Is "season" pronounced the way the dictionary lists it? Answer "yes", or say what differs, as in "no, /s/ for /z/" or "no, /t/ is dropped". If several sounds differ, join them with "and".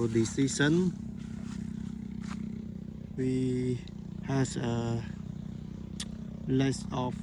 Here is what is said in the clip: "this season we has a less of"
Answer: no, /s/ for /z/